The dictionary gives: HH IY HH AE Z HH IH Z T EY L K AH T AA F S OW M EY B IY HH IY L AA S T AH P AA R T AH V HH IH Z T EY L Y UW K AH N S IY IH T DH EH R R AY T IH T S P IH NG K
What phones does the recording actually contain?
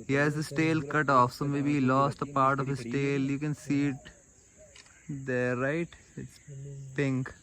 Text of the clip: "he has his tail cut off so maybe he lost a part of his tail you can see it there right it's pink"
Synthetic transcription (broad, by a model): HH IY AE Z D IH S T EY L K AH T AA F S OW M EY B IY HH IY L AA S T AH P AA R T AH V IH S T EY L Y UW K AH N S IY IH T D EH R R AY T IH T S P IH NG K